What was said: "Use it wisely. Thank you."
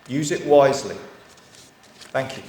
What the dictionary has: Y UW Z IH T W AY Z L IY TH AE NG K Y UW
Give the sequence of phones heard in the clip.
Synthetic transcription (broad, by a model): Y UW Z IH T W AY Z L IY TH AE NG K Y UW